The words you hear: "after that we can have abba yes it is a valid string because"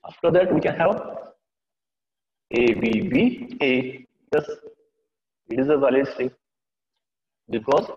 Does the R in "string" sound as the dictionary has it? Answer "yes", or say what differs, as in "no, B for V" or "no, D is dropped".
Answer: no, R is dropped